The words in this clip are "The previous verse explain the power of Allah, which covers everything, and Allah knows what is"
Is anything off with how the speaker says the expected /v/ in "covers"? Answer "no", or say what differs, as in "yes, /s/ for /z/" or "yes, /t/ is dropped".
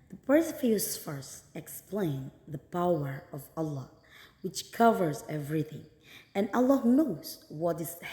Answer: no